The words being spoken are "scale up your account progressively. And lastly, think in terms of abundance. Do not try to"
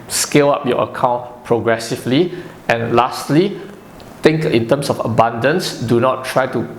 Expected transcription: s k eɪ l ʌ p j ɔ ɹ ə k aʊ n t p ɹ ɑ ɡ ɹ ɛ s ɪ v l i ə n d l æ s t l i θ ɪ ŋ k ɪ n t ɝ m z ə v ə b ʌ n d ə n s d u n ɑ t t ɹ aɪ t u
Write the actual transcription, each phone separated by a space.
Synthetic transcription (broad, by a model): s k eɪ l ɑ p j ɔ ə k aʊ n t p ɹ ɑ ɡ ɹ ɛ s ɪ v l i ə n l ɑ s t l i t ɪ ŋ k ɪ n t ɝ m s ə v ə b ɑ n d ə n s d u n ɑ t t ɹ aɪ t u